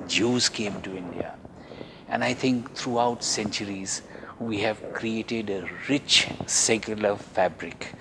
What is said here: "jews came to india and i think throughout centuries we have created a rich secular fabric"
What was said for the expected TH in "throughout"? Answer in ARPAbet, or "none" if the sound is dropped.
T